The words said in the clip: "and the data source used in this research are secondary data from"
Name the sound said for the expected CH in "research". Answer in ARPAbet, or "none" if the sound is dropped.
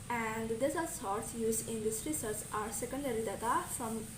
S